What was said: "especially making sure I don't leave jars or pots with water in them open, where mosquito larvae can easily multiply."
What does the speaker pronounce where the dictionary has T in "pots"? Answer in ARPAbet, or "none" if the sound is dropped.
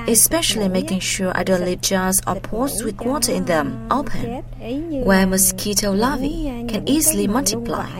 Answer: S